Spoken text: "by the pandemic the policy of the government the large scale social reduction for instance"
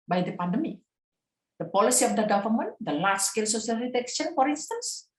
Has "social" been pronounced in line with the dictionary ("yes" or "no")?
no